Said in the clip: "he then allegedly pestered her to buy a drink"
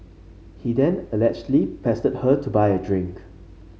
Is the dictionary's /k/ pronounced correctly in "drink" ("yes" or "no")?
yes